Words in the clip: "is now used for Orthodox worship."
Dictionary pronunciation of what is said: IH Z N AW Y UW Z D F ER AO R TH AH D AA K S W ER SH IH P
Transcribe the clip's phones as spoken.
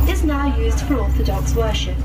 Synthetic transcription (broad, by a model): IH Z N AW Y UW Z D F ER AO L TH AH D AA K S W ER SH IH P